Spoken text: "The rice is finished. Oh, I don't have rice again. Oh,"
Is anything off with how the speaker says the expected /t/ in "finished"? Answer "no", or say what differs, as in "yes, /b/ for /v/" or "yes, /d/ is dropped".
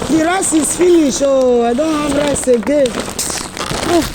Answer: yes, /t/ is dropped